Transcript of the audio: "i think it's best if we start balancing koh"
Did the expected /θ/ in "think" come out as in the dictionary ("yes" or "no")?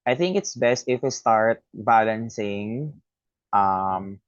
yes